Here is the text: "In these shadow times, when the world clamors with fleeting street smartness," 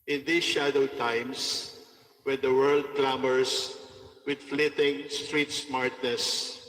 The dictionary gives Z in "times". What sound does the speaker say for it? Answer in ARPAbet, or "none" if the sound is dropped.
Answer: S